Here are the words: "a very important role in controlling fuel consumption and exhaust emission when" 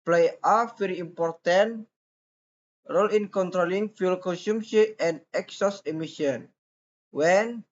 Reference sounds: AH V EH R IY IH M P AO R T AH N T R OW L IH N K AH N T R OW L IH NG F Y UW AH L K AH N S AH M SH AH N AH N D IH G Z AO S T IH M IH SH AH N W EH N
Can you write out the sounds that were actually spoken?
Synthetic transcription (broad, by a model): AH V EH R IY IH M P AO R T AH N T R OW L IH N K AH N T R OW L IH NG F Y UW L K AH N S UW M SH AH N AH N D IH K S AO S IH M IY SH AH N W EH N